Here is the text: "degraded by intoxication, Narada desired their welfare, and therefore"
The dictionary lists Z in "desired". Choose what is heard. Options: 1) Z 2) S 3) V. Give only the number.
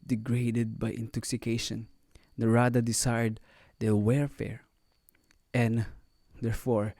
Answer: 2